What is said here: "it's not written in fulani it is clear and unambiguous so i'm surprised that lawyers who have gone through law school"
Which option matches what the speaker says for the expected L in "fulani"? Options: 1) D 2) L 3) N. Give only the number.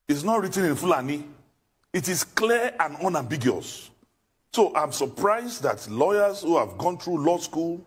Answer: 2